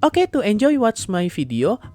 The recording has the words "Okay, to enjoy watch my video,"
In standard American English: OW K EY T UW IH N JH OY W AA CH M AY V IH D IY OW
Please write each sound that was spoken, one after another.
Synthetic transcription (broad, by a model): OW K EY T UW IH N JH OY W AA S M AY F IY D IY OW